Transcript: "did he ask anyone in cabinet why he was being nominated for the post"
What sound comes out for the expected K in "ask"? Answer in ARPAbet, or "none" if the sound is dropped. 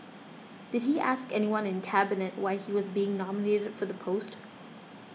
K